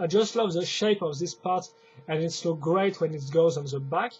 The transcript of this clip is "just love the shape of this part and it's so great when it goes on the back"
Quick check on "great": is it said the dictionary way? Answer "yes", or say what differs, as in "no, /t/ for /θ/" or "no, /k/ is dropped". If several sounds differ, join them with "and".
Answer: yes